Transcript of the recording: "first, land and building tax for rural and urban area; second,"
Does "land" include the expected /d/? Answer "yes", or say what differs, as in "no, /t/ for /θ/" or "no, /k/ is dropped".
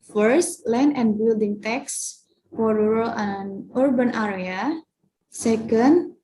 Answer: no, /d/ is dropped